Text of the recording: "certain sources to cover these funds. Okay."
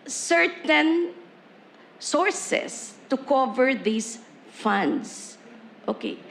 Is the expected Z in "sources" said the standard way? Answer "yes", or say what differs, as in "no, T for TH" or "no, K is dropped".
no, S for Z